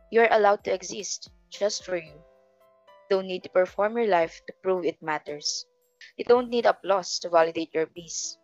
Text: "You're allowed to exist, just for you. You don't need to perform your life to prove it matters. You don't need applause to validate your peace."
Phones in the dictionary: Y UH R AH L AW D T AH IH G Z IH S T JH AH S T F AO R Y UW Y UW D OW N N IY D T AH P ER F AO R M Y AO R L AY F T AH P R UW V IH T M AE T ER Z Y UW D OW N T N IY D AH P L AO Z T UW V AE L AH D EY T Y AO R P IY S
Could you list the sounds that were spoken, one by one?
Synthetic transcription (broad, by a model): Y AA R AH L AW D T AH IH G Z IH S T JH AH S T F AO R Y Y UW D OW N N IY D T AH P ER F AO R M Y AO R L AY F T AH P R UW V IH T M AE T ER S Y UW D OW N T N IY D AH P L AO S T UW V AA L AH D EY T Y AO R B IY S